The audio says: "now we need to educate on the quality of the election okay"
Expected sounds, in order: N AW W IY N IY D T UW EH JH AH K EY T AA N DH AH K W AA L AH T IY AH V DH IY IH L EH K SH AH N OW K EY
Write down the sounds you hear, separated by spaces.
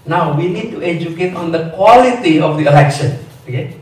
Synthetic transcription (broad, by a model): N AW W IY N IY D T UW EH JH AH K EY T AA N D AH K W AA L AH T IY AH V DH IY IH L EH K SH AH N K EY